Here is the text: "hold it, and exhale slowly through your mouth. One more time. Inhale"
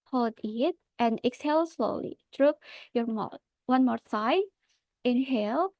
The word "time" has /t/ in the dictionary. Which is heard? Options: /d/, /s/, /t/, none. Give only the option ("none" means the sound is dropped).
/s/